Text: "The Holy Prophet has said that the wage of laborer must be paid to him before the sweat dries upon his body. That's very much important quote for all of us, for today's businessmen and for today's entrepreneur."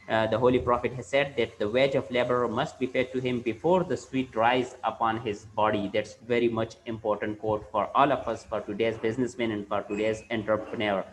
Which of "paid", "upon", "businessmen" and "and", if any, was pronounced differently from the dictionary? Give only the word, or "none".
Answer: paid